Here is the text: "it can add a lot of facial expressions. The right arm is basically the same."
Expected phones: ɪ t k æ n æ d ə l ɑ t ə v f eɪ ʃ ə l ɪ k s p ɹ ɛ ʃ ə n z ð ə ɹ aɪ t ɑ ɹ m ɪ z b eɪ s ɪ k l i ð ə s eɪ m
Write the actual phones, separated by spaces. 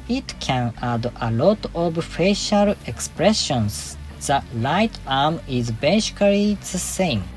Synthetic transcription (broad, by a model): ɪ t k æ n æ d ə l ɑ t ə v f eɪ ʃ ə l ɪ k s p ɹ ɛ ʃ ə n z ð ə l aɪ t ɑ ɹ m ɪ z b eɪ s k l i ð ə s eɪ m